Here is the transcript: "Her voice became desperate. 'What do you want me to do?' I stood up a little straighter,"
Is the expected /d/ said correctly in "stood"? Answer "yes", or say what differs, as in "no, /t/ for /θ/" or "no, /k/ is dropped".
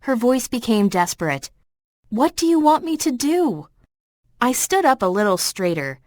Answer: yes